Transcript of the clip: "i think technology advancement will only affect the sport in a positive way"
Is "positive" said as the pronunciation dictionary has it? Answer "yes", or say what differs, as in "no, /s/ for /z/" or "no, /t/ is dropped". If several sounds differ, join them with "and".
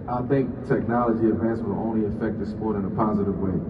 yes